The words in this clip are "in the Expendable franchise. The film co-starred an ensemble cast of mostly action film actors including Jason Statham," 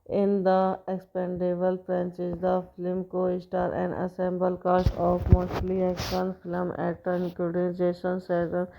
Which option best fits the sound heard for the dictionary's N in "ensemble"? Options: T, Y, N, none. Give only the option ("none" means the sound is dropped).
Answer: none